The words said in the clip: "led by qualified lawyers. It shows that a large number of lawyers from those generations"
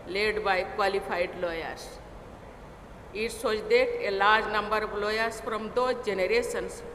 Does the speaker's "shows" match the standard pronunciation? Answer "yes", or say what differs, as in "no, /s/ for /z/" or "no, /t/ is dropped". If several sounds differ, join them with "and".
no, /s/ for /ʃ/